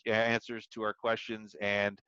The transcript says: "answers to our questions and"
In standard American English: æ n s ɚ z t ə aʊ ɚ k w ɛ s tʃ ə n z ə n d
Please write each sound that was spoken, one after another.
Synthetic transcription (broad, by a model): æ n s ɚ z t ə aʊ ɚ k w ɛ s tʃ ə n z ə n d